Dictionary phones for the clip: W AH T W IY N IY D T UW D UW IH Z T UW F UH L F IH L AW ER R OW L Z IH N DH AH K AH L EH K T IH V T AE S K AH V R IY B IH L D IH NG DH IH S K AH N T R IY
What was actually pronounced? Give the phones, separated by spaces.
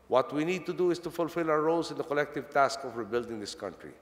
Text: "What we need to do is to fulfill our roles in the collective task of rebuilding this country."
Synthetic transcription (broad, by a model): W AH T W IY N IY D T UW D UW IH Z T UW F UH L F IH L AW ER R OW L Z IH N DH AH K AH L EH K T IH V T AE S K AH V R IY B IH L D IH NG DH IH S K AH N T R IY